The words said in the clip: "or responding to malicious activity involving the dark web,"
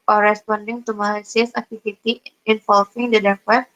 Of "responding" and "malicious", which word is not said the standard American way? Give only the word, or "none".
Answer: malicious